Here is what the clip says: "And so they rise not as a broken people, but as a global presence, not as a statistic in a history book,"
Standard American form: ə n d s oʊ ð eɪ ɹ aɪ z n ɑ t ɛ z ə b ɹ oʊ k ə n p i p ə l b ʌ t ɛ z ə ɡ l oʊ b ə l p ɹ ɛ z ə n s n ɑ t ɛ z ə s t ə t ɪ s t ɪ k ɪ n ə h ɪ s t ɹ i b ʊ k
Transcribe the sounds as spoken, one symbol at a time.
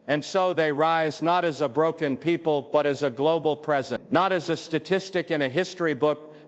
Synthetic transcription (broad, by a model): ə n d s oʊ ð eɪ ɹ aɪ z n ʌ t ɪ z ə b ɹ oʊ k ə n p i p ə l b ʌ t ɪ z ə ɡ l oʊ b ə l p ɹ ɛ z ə n n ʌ t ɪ z ə s t ə t ɪ s t ɪ k ɪ n ə h ɪ s t ɹ i b ʊ k